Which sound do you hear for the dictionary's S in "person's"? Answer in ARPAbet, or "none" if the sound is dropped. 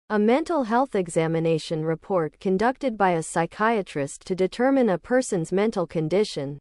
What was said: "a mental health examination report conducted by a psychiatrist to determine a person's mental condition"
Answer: S